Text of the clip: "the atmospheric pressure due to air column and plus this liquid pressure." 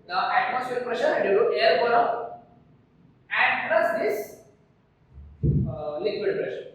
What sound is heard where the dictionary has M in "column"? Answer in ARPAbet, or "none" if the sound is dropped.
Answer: none